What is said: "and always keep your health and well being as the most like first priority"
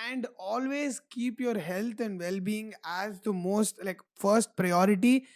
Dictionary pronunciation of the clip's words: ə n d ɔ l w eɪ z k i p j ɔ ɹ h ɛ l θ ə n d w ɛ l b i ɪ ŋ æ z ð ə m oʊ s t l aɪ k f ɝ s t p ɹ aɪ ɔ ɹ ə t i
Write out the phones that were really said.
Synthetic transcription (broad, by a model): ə n d ɔ l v eɪ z k i p j ɔ ɹ h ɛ l t ə n d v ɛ l b i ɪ ŋ æ z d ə m oʊ s t l aɪ k f ɝ s t p ɹ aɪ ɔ ɹ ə t i